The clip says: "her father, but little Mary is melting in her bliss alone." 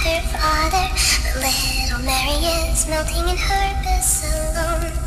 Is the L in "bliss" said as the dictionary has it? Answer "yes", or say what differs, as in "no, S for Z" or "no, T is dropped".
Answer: no, L is dropped